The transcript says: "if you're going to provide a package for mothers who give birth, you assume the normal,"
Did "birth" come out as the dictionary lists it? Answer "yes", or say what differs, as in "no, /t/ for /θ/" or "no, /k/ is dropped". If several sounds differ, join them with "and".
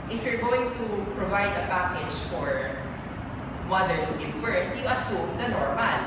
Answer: no, /t/ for /θ/